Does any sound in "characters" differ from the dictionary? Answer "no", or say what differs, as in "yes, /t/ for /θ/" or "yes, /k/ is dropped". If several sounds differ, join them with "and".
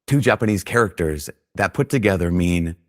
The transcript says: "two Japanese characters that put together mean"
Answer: no